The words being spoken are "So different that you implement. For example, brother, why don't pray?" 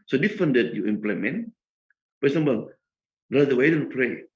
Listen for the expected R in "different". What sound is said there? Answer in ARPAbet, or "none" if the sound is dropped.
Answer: none